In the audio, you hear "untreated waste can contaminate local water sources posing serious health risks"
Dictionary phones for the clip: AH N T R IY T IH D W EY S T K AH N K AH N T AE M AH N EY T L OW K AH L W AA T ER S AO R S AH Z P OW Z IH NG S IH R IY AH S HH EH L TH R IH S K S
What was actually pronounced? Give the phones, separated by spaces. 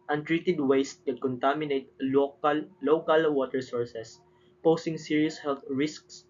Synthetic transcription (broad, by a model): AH N T R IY T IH D W EY S T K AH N K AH N T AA M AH N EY T L OW K AH L W AA T ER S AO R S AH S P OW S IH NG S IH R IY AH S HH EH L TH R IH S K S